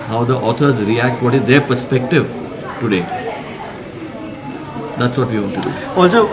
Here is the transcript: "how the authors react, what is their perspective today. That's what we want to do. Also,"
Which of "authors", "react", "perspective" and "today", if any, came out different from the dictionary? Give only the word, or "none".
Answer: authors